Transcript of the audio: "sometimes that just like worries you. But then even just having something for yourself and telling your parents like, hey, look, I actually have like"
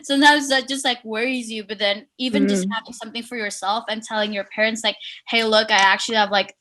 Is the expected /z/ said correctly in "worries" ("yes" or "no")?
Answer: yes